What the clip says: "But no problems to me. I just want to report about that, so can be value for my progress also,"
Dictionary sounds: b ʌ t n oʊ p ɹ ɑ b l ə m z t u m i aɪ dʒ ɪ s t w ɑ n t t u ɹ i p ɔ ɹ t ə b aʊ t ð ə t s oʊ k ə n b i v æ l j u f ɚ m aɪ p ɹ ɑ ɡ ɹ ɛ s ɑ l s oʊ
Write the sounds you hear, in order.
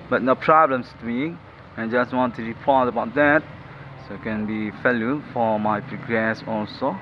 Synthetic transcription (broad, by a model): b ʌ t n oʊ p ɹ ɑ b l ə m s t u m i aɪ dʒ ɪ s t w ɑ n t t u ɹ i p ɔ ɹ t ə b aʊ t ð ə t s oʊ k ə n b i f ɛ l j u f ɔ m aɪ p ɹ ɑ ɡ ɹ ɛ s ɑ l s oʊ